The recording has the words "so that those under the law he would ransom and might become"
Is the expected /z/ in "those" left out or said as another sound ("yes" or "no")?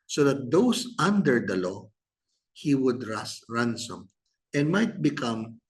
yes